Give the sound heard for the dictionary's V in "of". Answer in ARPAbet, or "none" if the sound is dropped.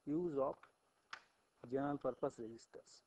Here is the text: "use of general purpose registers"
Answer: P